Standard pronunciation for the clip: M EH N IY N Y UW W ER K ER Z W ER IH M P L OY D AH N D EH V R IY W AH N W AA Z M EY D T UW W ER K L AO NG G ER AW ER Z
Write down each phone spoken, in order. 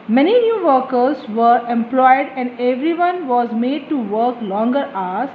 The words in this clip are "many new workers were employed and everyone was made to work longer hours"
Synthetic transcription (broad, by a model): M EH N IY N Y UW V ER K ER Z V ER IH M P L OY D AH N D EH V R IY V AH N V AA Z M EY D T UW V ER K L AO NG G ER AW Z